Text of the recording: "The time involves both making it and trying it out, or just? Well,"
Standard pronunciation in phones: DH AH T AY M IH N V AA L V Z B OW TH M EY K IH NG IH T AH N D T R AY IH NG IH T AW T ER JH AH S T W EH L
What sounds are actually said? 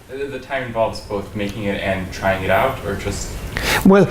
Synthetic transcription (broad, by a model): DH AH T AY M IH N V AA L V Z B OW TH M EY K IH NG IH T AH N T R AY IH NG IH T AW T ER JH AH S T W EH L